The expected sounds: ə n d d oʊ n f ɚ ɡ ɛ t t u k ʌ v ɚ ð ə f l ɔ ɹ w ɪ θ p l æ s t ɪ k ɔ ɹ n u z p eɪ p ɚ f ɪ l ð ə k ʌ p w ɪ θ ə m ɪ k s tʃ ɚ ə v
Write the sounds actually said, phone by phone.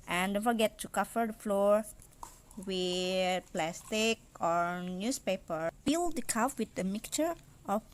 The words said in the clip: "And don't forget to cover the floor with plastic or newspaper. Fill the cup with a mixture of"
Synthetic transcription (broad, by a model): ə n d d oʊ n f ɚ ɡ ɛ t t u k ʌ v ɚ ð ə f l ɔ ɹ w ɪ p l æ s t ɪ k ɔ ɹ n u s p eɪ p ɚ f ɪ l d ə k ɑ f w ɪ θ ə m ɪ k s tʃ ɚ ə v